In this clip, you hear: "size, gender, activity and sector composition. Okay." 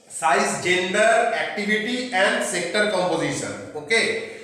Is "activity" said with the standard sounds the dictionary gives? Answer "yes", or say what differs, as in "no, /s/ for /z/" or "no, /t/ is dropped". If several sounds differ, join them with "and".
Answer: no, /b/ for /v/